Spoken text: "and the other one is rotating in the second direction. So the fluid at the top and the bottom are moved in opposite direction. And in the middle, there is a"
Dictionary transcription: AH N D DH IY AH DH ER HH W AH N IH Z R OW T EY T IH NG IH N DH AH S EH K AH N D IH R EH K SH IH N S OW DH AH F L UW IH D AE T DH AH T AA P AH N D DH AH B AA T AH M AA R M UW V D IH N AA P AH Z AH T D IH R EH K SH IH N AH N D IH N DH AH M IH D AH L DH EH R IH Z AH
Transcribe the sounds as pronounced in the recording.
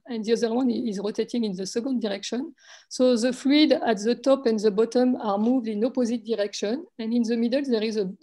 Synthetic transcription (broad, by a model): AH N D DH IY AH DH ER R W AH N IH Z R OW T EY T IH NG IH N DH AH S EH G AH N D IH R EH K SH IH N S OW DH AH F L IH D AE T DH AH T AA P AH N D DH AH B AA T AH M AA R M UW V D IH N AA P AH Z AH T D IH R EH K SH IH N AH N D IH N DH AH M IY D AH L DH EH R IH Z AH